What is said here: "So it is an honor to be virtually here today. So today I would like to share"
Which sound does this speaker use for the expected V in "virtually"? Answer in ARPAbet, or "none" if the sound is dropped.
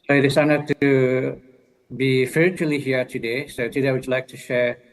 F